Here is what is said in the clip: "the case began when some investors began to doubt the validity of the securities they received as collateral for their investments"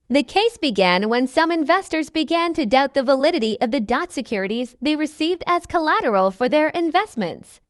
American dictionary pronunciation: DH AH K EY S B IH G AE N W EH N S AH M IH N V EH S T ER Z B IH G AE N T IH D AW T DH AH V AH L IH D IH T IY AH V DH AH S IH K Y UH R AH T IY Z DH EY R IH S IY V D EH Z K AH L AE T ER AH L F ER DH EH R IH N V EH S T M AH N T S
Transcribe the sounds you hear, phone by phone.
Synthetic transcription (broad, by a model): DH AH K EY S B IH G AE N W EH N S AH M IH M V EH S T ER Z B IH G AE N T IH D AW T DH AH V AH L IH D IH T IY AH V DH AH S IH K Y UH R AH T IY Z DH EY R IH S IY V D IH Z K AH L AE T ER L F ER DH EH R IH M V EH S T M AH N T S